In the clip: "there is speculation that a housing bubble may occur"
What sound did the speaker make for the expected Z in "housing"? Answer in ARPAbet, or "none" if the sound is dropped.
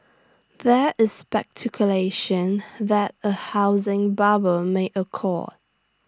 Z